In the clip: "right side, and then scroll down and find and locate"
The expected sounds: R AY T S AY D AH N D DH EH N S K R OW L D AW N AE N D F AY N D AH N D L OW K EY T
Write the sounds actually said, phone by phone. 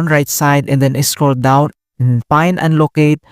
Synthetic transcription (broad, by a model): R AY T S AY D AH N D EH N S K OW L D AW N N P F AY N AH N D L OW K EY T